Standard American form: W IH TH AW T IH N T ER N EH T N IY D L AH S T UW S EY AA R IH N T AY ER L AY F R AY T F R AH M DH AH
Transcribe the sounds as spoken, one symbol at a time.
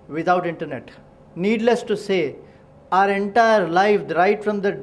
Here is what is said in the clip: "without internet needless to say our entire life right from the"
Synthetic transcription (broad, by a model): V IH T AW T IH N T ER N EH T N IY D L AH S T UW S EY AA R IH N T AY ER L AY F R AY T F R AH M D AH